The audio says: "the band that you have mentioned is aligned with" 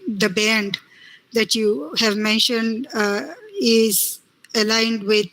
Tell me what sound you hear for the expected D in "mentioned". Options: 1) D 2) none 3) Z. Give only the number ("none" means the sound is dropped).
1